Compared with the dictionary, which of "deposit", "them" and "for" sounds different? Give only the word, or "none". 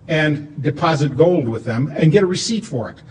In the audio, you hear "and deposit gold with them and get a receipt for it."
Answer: none